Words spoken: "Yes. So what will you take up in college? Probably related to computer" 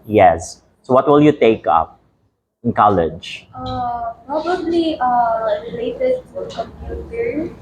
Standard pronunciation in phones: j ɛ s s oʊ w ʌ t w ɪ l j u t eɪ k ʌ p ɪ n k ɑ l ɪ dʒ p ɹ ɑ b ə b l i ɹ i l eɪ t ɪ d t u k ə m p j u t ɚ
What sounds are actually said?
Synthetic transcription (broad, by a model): j ɛ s s oʊ w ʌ t w ɪ l j u t eɪ k ʌ p ɪ n k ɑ l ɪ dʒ p ɹ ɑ b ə b l i ɹ i l eɪ t ɪ d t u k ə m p j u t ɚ